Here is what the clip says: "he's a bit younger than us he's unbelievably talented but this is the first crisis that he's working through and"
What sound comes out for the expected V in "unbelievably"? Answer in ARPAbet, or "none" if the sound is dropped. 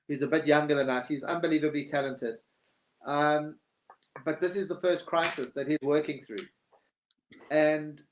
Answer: V